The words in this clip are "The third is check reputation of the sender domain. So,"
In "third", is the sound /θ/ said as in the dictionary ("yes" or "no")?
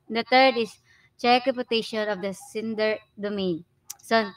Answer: no